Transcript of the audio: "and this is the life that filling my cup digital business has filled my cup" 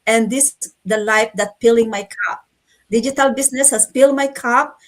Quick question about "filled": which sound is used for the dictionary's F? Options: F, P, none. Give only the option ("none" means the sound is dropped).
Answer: P